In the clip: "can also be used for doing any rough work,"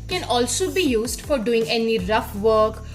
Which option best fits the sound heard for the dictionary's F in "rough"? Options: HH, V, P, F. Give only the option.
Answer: F